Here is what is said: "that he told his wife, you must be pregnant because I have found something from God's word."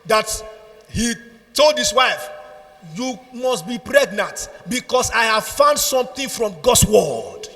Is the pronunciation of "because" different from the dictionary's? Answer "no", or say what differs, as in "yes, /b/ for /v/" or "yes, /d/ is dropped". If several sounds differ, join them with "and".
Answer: yes, /s/ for /z/